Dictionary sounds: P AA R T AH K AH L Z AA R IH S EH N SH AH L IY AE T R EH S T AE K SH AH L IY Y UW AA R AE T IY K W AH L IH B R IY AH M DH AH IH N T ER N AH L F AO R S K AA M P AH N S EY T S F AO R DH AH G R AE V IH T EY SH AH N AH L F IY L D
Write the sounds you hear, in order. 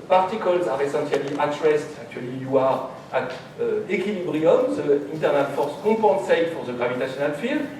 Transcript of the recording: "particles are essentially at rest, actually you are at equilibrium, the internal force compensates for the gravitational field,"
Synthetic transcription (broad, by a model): P AA R T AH K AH L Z AA R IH S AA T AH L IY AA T R EH S T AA K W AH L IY Y UW AA R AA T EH K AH L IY B R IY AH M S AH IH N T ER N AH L F AO R S K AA P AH S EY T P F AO R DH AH G R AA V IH T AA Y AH N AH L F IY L